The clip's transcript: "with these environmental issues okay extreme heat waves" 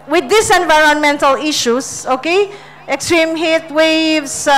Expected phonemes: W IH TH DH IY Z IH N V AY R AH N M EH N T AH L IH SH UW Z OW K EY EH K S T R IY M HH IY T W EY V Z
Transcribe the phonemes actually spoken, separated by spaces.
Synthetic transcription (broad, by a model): W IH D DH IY S IH N V AY R AH N M EH N T AH L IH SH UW S OW K EY EH K S T R IY M HH IY T W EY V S